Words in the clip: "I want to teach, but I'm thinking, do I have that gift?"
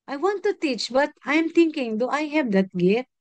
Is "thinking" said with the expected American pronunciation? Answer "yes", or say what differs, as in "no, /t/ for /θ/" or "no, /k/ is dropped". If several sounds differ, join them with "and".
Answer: no, /t/ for /θ/